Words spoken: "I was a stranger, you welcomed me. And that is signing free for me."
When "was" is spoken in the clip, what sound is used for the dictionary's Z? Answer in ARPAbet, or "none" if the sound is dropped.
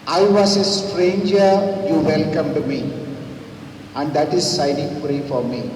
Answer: S